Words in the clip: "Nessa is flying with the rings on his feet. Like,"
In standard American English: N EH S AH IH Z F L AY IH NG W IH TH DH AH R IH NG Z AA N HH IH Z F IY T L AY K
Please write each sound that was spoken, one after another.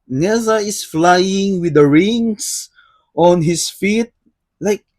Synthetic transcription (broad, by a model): N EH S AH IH S F L AY IH NG W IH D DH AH R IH NG S AA N HH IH S F IY T L AY K